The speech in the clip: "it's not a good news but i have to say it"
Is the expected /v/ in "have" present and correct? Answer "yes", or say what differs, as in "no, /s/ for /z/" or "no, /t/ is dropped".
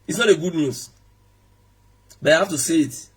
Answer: no, /f/ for /v/